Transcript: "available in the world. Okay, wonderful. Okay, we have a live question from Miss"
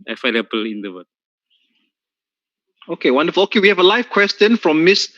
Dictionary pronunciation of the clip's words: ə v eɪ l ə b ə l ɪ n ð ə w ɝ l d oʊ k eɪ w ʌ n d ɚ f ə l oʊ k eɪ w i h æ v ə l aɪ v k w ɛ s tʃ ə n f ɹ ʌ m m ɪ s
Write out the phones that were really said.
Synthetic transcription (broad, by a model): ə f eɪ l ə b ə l ɪ n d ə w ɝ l oʊ k eɪ w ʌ n d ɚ f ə l oʊ k eɪ w i h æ v ə l aɪ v k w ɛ s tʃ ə n f ɹ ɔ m m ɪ s